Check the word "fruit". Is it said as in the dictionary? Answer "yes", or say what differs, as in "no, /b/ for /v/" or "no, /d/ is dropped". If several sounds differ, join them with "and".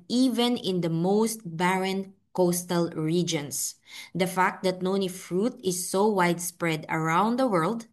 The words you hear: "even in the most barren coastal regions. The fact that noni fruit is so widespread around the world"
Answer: yes